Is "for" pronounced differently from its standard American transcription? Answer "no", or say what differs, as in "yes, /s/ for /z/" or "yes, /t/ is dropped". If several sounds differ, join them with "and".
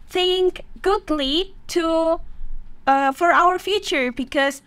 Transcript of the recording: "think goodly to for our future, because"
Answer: no